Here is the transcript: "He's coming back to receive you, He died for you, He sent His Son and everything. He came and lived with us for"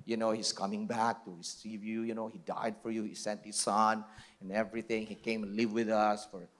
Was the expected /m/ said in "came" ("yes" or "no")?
no